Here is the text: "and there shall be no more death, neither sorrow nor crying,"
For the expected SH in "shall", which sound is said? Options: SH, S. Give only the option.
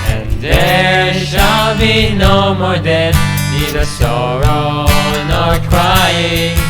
SH